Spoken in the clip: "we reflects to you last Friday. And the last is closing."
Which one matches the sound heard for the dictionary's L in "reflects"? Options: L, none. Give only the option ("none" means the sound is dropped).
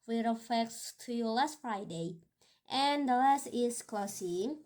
none